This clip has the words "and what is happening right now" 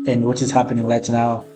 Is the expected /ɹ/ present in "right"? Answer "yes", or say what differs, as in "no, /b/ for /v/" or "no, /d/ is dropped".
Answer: no, /l/ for /ɹ/